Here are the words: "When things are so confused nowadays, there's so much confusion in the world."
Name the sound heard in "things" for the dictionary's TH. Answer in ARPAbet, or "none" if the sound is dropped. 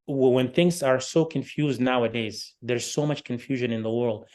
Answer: TH